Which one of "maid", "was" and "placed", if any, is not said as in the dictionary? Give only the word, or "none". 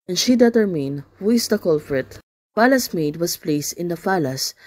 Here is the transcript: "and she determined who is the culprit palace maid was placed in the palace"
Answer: was